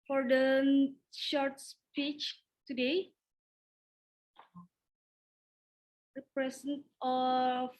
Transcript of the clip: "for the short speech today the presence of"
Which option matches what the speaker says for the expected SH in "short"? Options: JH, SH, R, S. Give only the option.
SH